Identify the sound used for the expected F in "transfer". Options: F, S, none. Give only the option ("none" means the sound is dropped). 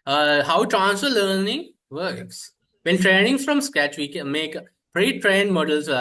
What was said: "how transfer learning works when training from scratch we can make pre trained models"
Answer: none